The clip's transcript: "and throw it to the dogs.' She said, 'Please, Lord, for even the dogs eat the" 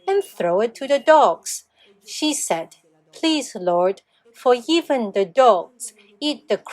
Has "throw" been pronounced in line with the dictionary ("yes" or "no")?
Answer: yes